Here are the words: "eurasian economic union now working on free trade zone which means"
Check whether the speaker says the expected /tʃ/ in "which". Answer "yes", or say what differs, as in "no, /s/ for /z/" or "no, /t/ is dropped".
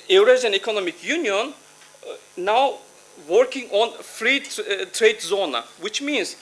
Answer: yes